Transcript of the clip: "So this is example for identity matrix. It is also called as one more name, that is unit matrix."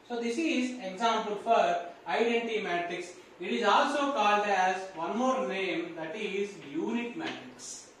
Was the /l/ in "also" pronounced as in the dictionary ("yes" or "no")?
yes